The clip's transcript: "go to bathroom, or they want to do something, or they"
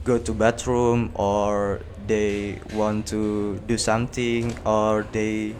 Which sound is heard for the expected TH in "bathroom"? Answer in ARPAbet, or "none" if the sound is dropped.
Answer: T